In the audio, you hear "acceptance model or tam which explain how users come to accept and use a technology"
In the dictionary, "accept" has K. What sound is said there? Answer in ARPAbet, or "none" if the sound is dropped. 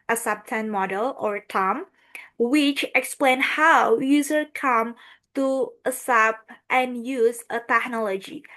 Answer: none